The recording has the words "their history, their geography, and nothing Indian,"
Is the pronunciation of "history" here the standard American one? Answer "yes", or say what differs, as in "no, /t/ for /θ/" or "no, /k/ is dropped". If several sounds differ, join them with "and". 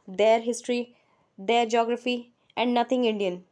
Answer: yes